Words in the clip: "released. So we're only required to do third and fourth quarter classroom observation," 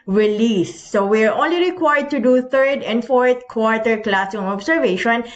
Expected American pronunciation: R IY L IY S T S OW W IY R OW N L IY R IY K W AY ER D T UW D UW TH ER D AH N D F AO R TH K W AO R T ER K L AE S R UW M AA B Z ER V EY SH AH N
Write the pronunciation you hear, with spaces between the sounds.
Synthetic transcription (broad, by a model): R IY L IY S S OW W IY R OW N L IY R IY K W AY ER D T UW D UW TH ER D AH N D F AO R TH K W AO R T ER K L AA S UW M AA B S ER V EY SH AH N